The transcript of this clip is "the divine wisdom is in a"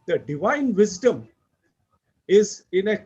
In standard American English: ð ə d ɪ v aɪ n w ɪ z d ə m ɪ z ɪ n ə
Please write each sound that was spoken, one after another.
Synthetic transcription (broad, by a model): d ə d ɪ v aɪ n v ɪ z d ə m ɪ z ɪ n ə